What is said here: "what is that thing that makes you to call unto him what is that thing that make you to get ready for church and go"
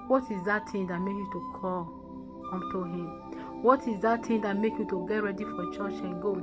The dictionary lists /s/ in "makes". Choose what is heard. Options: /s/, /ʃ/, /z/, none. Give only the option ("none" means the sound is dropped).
none